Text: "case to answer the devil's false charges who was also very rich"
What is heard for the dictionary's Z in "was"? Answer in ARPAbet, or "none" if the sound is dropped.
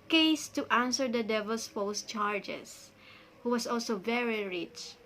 S